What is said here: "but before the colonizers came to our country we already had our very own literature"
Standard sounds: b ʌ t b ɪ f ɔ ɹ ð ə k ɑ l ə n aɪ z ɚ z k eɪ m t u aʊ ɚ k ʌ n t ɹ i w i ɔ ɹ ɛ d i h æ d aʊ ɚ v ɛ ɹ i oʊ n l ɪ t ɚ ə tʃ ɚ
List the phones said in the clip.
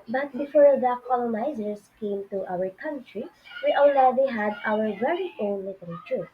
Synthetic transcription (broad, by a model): b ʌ t b ɪ f ɔ ɹ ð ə k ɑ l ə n aɪ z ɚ s k eɪ m t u aʊ ɚ k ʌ n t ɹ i w i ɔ l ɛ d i h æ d aʊ ɚ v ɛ ɹ i oʊ n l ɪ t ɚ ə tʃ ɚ